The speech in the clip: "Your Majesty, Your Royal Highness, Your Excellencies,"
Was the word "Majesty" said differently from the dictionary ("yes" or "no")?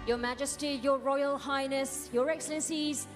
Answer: no